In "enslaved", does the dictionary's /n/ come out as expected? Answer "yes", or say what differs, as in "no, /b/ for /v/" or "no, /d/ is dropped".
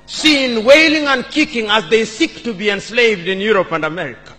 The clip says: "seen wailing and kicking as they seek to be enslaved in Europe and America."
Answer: yes